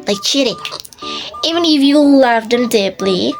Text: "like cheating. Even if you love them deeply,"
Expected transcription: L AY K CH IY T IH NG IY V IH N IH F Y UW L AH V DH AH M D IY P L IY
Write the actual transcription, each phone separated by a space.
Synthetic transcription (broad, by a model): L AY K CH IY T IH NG IY V IH N IH F Y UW L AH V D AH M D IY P L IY